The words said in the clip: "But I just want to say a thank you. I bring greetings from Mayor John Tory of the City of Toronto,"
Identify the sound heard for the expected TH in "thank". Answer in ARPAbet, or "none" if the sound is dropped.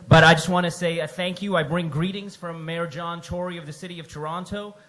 TH